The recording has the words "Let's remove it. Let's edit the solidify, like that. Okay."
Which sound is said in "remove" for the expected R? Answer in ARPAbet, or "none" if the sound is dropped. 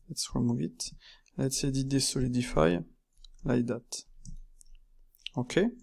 W